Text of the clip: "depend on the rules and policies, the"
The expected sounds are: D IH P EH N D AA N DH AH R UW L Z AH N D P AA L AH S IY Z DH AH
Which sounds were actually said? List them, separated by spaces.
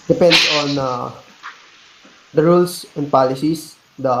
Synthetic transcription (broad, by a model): D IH P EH N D AA N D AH R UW L S AH N D P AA L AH S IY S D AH